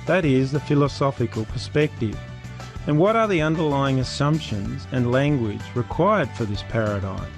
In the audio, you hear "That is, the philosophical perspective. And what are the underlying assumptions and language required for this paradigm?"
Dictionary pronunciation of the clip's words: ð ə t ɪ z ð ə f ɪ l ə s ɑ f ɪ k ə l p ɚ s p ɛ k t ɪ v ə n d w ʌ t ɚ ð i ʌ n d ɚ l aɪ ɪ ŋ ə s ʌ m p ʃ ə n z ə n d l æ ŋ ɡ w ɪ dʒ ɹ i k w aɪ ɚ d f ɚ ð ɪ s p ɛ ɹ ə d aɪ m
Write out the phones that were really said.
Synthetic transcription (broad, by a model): ð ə t ɪ z ð ə f ɪ l ə s ɑ f ɪ k ə l p ɚ s p ɛ k t ɪ v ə n w ʌ t ɚ ð i ʌ n d ɚ l aɪ ɪ ŋ ə s ʌ m p ʃ ə n z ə n l æ ŋ ɡ w ɪ dʒ ɹ i k w aɪ ɚ d f ɚ ð ɪ s p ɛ ɹ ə d aɪ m